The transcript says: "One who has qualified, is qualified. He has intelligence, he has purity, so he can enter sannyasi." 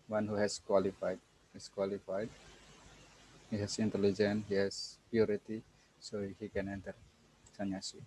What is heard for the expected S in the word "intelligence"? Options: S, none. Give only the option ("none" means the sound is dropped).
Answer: none